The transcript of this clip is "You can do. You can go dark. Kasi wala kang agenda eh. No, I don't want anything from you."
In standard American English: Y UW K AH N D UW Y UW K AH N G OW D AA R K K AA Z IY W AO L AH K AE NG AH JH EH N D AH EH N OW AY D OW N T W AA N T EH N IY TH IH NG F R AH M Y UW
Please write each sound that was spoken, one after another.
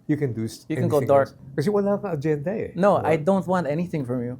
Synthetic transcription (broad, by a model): Y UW K AH N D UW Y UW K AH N G OW D AA R K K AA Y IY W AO N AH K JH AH EH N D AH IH N OW AY D OW N T W AA N T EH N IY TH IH NG F R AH M Y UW